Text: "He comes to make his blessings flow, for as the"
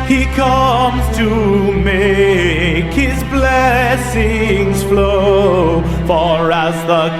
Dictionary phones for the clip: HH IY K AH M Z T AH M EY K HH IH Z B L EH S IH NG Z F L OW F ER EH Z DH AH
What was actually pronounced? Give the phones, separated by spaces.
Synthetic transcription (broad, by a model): HH IY K AH M Z T AH M EY K HH IH Z B L EH S IH NG Z F L OW F ER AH Z DH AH